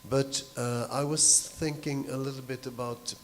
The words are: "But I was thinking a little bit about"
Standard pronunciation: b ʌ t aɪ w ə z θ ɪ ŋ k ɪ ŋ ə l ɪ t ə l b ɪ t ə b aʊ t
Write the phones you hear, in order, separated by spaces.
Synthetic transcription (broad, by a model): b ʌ t aɪ w ə z θ ɪ ŋ k ɪ ŋ ə l ɪ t l b ɪ t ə b aʊ t